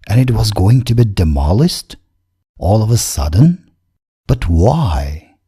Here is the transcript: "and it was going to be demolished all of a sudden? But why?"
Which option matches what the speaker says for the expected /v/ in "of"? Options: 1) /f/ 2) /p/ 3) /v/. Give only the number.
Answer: 3